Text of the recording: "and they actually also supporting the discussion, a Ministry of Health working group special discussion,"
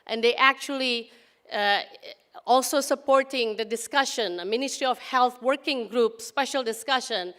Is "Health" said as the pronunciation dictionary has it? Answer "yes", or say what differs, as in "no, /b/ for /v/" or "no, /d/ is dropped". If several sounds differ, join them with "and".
no, /t/ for /θ/